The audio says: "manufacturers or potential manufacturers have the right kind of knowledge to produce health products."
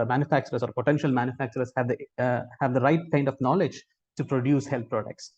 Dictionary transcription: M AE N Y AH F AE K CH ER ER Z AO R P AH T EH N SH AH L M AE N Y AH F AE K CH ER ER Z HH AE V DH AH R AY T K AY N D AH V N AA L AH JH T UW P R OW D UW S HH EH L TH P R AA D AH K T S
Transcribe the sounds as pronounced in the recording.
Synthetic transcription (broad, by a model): M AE N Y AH F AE K CH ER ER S AO R P AH T EH N SH AH L M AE N Y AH F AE K CH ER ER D HH AE V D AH R AY T K AY N D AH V N AA L AH JH T UW P R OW D UW S HH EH L T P R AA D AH K T S